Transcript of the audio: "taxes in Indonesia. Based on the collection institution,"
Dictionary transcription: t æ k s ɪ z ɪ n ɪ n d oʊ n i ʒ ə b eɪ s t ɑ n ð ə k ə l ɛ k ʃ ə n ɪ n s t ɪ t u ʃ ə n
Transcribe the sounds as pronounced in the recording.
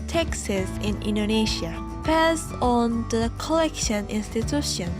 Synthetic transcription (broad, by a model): t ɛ k s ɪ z ɪ n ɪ n d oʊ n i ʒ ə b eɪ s ɑ n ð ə k ə l ɛ k ʃ ə n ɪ n s t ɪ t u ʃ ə n